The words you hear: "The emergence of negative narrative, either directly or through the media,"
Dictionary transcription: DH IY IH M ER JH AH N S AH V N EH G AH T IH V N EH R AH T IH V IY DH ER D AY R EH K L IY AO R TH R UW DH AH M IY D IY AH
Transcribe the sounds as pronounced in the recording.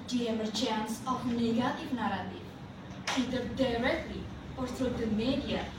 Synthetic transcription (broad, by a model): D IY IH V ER CH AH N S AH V N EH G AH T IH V N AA R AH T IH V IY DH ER D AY R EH K L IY AO R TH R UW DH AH M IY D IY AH